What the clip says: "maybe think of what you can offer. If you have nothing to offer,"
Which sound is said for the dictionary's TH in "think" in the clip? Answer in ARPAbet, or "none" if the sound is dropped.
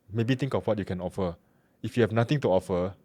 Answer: T